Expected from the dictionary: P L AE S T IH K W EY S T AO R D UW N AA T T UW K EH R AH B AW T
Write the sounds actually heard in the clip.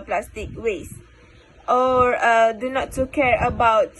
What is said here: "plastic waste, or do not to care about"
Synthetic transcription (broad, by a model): P L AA S T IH K W EY S T AO R D UW N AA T T UW K EH R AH B AW T